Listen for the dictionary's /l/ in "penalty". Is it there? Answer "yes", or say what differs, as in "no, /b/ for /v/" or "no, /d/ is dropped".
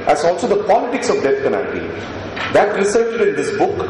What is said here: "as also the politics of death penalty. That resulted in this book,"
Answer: no, /l/ is dropped